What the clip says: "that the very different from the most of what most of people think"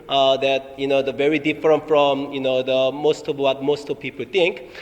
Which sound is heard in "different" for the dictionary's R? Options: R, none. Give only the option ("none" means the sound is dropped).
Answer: R